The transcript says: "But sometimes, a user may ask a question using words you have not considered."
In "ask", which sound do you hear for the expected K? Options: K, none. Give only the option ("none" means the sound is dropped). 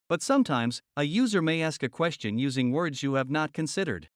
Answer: K